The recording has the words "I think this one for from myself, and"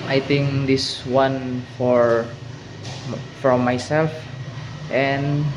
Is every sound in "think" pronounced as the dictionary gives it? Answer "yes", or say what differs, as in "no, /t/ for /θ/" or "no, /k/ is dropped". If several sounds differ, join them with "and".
no, /t/ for /θ/